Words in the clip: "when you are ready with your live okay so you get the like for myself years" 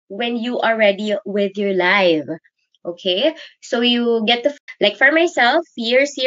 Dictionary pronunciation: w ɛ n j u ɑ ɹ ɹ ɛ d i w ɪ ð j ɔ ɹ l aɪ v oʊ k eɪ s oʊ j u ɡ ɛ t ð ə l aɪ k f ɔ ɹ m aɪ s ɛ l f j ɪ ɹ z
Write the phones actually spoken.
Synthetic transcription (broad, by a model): w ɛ n j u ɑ l ɹ ɛ d i w ɪ ð j ɔ ɹ l aɪ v oʊ k eɪ s oʊ j u ɡ ɛ t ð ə l aɪ k f ɔ ɹ m aɪ s ɛ l f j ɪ ɹ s